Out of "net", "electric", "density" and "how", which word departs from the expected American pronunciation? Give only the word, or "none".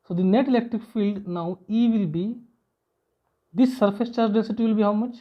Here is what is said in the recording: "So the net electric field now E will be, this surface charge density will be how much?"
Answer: density